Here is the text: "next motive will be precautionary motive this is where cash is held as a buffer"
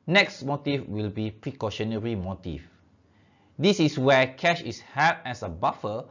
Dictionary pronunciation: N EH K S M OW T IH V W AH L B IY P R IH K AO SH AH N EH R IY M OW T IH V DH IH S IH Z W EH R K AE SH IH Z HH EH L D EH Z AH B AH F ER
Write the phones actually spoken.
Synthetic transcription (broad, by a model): N EH K S M OW T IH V W AH L B IY P R IH K AO SH AH N EH R IY M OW T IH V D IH S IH S W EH K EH SH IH S HH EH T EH S AH B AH F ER